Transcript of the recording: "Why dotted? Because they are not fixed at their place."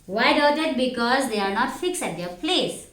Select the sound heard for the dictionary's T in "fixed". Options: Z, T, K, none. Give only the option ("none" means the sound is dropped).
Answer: none